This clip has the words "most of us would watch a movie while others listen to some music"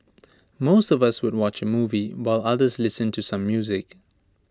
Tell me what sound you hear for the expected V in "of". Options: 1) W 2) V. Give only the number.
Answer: 2